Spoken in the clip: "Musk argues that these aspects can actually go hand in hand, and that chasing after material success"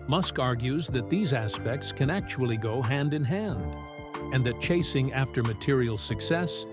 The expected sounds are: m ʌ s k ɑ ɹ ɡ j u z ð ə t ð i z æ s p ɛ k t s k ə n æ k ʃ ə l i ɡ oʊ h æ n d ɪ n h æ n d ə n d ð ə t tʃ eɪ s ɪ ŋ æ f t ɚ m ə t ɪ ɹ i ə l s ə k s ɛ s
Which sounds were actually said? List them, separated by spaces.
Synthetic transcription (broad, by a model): m ʌ s k ɑ ɹ ɡ j u z ð ə t ð i z æ s p ɛ k t s k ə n æ k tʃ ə l i ɡ oʊ h æ n d ɪ n h æ n d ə n ð ə t tʃ eɪ s ɪ ŋ æ f t ɚ m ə t ɪ ɹ i l s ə k s ɛ s